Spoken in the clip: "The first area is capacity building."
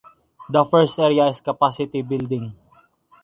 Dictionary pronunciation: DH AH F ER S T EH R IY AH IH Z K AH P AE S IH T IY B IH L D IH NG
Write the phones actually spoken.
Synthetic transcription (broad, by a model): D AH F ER S T EH R IY AH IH S K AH P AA S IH T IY B IH L D IH NG